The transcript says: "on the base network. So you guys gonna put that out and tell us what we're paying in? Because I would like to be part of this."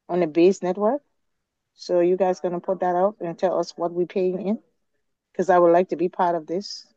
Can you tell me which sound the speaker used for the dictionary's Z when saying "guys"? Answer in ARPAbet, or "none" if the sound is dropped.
Z